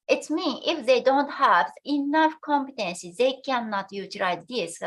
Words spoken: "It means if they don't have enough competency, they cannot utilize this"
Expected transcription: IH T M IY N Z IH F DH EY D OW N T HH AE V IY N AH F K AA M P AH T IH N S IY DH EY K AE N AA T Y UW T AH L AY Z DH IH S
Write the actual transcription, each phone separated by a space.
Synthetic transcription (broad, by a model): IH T M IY N IH F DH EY D OW N T HH AE V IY N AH F K AA M P AH T IH N S IY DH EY K AE N AA T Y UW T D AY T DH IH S